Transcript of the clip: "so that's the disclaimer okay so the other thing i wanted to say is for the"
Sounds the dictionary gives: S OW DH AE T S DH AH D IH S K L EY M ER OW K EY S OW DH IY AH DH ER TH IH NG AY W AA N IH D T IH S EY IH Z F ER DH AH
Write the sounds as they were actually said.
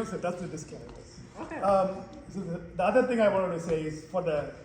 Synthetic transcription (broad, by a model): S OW DH AE T S DH AH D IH S K EY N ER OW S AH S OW DH IY AH DH ER TH IH NG AY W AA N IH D T IH S EY IH Z F ER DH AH